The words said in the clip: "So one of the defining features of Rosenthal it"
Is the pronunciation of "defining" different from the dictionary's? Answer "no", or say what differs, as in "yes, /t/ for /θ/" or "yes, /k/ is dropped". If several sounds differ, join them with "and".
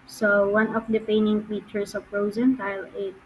yes, /f/ is dropped